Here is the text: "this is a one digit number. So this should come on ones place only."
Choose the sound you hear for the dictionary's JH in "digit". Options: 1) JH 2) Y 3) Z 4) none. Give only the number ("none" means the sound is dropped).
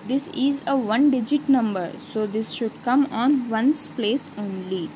1